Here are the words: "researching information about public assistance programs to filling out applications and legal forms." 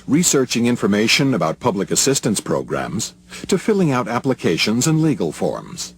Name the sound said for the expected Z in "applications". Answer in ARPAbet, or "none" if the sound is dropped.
Z